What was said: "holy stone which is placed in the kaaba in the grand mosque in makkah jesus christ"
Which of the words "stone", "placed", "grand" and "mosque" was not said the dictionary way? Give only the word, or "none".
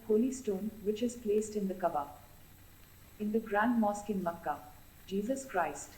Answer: none